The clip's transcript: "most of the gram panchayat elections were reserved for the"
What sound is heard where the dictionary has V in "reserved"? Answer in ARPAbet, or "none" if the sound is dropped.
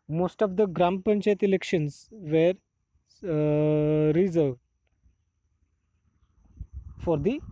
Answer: V